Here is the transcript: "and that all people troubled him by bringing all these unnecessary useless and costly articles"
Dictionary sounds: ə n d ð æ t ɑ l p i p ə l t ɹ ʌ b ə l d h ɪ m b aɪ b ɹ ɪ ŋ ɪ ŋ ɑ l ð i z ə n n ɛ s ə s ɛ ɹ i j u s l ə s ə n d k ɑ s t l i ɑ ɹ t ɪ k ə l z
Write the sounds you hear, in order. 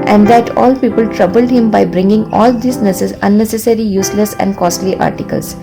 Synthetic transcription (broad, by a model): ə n d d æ t ɑ l p i p ə l t ɹ ʌ b ə l d h ɪ m b aɪ b ɹ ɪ ŋ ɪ ŋ ɑ l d i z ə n n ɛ s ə s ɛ ɹ i j u s l ə s ə n d k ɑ s t l i ɑ ɹ t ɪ k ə l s